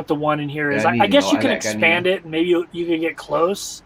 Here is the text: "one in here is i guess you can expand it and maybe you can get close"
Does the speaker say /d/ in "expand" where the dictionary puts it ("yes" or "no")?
yes